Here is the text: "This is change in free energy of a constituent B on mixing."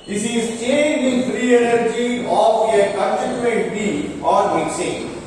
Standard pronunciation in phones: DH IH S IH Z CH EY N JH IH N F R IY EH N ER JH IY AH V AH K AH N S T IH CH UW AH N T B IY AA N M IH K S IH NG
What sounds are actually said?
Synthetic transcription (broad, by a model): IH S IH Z CH EY N JH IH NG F R IY EH N ER JH IY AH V AH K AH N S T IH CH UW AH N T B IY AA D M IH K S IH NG